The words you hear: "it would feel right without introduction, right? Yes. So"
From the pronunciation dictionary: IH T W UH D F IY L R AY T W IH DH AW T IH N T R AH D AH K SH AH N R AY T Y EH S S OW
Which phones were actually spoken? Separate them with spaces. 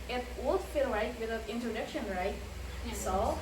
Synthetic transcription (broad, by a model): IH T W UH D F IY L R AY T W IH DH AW IH N T R AH D AH K SH AH N R AY T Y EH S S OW